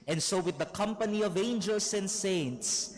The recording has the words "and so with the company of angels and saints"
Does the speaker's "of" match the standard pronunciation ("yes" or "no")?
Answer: yes